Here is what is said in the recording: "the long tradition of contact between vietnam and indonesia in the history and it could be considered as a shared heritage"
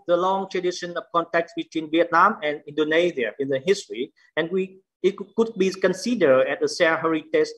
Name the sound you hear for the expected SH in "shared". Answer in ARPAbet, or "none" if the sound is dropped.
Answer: S